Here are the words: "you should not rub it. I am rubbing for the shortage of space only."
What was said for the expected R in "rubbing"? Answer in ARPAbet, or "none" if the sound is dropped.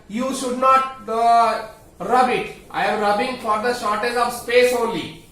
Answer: R